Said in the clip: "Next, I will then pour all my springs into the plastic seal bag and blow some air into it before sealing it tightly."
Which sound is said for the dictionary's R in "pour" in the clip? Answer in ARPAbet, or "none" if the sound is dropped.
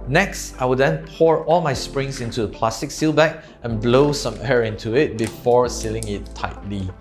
R